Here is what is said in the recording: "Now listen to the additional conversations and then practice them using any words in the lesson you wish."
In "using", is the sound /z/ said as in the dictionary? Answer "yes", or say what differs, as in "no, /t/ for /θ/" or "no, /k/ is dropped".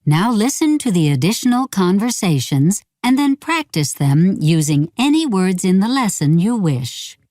yes